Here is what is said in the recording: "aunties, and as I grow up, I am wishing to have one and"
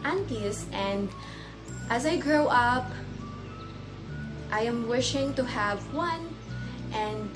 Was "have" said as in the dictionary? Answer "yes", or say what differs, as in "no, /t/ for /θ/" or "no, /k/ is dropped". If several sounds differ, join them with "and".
yes